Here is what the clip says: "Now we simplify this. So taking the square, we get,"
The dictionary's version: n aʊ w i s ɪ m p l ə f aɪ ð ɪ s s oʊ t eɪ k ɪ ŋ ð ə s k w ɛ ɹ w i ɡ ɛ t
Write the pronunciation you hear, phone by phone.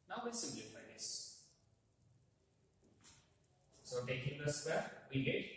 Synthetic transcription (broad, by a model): n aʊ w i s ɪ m l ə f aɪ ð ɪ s s oʊ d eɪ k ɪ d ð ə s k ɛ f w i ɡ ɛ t